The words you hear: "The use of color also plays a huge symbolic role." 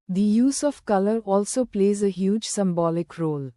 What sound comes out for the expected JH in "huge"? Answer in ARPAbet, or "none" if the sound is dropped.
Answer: JH